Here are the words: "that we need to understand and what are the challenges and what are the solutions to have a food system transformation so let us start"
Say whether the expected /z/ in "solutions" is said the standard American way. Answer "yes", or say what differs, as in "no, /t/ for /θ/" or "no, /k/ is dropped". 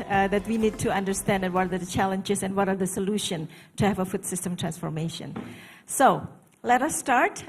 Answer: no, /z/ is dropped